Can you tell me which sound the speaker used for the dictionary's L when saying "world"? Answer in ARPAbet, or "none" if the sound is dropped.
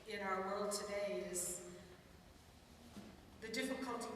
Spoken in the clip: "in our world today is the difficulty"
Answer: L